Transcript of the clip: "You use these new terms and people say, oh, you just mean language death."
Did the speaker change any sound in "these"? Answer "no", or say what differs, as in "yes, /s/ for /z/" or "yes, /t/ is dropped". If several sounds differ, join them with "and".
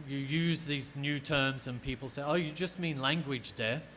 no